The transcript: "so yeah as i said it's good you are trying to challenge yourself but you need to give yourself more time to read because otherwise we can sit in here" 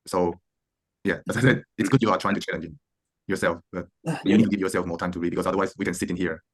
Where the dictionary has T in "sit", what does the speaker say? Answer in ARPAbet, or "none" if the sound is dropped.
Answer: T